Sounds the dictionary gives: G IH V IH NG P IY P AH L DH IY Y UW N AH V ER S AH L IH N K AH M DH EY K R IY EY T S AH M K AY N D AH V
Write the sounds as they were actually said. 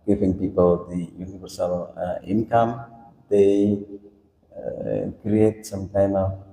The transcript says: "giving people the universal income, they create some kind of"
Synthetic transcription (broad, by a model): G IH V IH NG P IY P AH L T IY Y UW N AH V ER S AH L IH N K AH M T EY K R IY EY T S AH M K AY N AH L